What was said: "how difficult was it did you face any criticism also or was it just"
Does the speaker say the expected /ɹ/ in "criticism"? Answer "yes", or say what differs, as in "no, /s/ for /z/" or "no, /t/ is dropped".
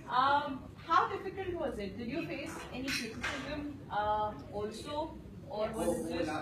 no, /ɹ/ is dropped